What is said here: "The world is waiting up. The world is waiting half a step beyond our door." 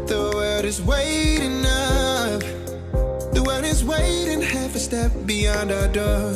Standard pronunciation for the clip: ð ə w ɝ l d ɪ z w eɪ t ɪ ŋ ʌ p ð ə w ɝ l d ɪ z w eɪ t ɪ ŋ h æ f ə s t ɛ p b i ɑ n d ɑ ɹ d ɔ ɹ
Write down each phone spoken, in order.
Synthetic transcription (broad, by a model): ð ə w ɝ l d ɪ z w eɪ t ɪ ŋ ʌ f ð ə w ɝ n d ɪ z w eɪ t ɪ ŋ h æ f ə s t ɛ p b i ɑ n d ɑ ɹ d ɔ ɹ